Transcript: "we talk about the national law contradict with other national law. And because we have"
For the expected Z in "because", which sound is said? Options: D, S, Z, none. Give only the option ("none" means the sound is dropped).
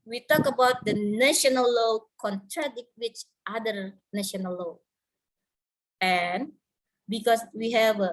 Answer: S